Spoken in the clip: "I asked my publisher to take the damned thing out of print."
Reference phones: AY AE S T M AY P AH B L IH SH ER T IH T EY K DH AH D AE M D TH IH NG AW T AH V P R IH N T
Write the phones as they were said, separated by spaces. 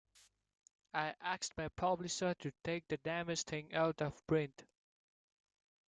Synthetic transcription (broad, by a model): AY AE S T M AY P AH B L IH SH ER T IH T EY K DH AH D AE M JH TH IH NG AW T AH V B R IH N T